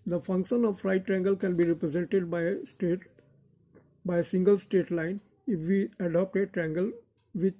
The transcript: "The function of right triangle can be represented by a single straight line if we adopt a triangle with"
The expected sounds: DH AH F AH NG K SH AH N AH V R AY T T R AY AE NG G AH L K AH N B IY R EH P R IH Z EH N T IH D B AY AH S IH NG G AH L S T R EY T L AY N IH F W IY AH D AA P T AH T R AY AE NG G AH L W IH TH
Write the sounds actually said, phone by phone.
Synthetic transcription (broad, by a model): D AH F AH NG K SH AH N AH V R AY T T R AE NG G AH L K AH N B IY R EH P R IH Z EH N T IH D B AY AH S IH NG G AH L S T EY T L AY N IH F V IY AH D AA P T AH T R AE NG G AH L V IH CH